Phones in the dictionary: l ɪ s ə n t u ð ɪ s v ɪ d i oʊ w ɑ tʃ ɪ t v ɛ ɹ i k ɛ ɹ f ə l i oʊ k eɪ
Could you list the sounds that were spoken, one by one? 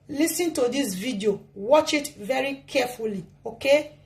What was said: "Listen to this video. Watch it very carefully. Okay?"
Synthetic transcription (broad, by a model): l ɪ s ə n t u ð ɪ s v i d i oʊ w ɑ tʃ ɪ t v ɛ ɹ i k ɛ f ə l i oʊ k eɪ